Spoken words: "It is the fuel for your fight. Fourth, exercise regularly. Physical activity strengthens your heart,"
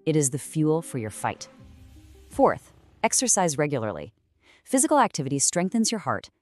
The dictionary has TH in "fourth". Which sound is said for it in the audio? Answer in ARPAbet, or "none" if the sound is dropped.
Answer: TH